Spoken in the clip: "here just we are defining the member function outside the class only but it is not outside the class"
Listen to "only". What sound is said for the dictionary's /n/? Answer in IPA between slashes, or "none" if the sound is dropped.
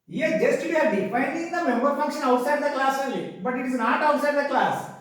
none